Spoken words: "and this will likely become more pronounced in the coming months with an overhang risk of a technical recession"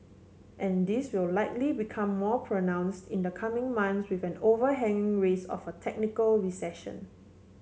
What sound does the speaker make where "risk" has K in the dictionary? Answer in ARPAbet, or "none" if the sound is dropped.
none